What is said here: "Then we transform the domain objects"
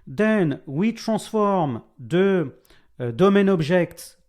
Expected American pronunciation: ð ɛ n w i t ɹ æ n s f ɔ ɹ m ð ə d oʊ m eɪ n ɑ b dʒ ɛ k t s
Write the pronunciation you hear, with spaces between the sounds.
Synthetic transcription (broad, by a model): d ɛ n w i t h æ s f ɔ ɹ m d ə d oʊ m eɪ n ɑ b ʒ ɛ k t